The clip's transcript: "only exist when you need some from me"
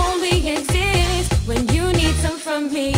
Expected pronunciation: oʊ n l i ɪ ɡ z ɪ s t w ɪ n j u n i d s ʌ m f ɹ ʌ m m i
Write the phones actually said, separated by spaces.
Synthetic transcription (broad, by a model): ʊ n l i ɪ ɡ z ɪ s t w ɪ n j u n i d s ʌ m f ɹ ʌ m m i